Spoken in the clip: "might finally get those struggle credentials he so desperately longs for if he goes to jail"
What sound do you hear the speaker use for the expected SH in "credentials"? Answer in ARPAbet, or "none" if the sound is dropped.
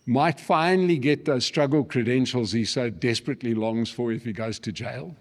SH